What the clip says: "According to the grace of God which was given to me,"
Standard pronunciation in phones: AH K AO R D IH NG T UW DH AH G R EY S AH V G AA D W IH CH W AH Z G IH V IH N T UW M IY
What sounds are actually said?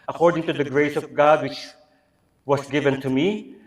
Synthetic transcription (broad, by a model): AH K AO R D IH NG T UW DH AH G R EY S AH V G AA D W IH CH W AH S G IH V IH N T UW M IY